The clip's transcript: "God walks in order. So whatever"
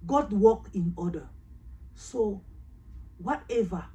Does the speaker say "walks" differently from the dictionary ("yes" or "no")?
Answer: yes